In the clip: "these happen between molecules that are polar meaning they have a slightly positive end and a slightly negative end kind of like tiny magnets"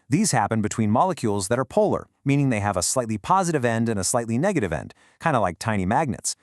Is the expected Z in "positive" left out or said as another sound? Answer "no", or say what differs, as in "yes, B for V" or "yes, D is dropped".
no